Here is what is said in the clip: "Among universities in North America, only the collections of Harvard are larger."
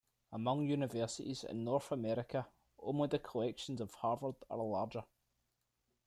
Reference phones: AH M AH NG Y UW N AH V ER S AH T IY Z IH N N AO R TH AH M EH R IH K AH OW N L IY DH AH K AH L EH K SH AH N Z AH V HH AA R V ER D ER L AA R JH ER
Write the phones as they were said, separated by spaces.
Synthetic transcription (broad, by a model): AH M AH NG Y UW N AH V ER S AH T IY Z IH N N AO R TH AH M EH R IH K AH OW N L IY DH AH K AH L EH K SH AH N Z AH V HH AA R V ER D ER L AA R JH ER